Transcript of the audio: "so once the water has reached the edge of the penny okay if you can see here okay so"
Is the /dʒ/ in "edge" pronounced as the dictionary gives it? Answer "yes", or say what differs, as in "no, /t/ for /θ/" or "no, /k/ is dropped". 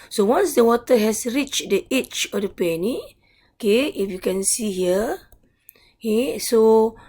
no, /tʃ/ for /dʒ/